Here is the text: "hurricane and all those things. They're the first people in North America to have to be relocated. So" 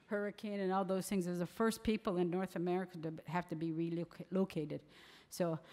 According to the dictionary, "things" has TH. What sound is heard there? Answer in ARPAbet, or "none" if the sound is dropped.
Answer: TH